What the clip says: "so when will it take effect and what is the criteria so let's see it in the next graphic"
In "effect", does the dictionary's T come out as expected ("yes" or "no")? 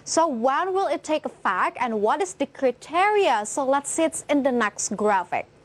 no